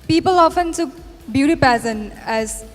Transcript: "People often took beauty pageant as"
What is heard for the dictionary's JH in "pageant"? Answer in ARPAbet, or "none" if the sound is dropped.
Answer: Z